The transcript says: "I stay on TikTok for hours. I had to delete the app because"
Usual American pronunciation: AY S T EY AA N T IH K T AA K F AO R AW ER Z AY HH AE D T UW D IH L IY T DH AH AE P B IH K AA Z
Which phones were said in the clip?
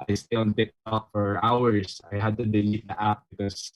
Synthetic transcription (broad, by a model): AY S T EY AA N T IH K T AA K F AO R AW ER S AY HH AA D T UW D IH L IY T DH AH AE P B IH K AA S